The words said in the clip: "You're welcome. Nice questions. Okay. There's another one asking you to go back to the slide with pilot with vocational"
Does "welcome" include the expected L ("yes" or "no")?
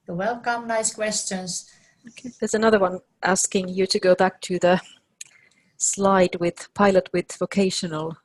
yes